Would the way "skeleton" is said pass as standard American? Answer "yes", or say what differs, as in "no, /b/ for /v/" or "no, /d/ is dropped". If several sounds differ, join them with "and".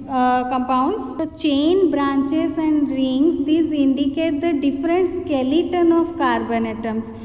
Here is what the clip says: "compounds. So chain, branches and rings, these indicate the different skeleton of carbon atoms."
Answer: yes